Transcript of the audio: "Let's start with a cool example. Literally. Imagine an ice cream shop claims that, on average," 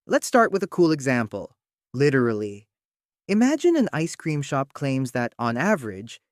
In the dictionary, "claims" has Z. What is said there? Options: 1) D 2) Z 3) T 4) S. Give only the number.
2